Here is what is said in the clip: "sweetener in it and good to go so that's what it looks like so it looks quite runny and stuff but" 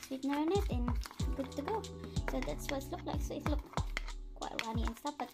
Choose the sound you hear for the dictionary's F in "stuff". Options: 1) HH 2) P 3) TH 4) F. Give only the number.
2